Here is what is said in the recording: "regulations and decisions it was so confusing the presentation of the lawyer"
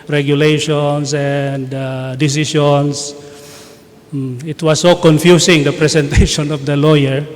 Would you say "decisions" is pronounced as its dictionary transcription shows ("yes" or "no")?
no